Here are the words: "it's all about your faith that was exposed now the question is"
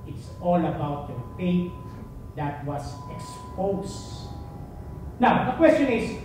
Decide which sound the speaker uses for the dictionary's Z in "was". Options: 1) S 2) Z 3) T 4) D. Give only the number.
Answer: 1